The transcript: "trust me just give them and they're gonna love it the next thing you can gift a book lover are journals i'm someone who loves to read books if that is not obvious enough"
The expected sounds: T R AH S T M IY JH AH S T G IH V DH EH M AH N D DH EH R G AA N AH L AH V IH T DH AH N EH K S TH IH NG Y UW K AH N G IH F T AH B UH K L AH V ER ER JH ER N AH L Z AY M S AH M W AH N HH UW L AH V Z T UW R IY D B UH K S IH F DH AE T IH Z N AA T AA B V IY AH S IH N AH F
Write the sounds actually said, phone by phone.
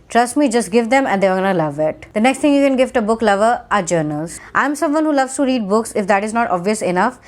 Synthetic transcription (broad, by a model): T R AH S T M IY JH AH S T G IH V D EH M AH N D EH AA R G AA N AH L AH V IH T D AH N EH K S T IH NG Y UW K AH N G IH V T AH B UH K L AH V ER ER JH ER N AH L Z AY M S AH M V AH N HH UW L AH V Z T UW R IY D B UH K S IH F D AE T IH Z N AA T AA B V IY AH S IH N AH F